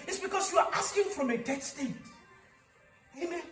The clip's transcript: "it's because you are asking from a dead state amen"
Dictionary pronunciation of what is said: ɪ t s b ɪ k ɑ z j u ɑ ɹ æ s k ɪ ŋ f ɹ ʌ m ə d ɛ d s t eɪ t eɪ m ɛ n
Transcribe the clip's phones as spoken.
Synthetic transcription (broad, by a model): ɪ t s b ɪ k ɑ s j u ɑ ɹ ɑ s k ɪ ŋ f ɹ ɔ m ə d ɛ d s t eɪ t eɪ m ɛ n